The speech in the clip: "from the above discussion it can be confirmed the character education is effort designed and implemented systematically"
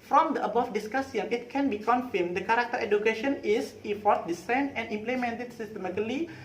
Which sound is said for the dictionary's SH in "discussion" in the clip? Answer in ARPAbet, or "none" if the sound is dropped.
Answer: S